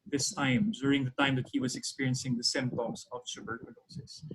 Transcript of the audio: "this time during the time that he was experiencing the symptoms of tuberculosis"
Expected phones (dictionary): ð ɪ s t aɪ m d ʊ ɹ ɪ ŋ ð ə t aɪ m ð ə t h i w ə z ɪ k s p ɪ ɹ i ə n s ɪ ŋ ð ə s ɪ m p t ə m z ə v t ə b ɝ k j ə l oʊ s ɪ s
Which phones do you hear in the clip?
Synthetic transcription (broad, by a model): ð ɪ s t aɪ m d ʊ ɹ ɪ ŋ ð ə t aɪ m ð ə t h i w ə z ɪ k s p ɪ ɹ i ə n s ɪ ŋ ð ə s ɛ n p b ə z ə v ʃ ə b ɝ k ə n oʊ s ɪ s